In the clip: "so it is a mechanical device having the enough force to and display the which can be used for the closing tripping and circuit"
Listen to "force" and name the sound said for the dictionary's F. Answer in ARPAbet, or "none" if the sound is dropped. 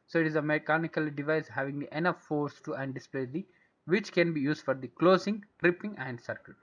F